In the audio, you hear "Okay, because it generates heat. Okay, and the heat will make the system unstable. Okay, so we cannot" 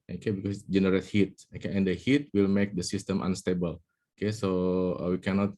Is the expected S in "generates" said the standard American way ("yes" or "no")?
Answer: no